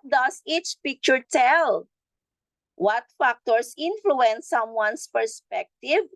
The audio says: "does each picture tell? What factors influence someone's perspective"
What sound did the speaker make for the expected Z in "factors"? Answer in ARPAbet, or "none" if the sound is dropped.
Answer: S